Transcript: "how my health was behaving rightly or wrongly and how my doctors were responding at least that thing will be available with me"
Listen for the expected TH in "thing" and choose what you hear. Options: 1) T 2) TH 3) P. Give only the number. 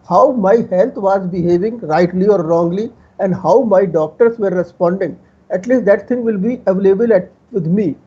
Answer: 1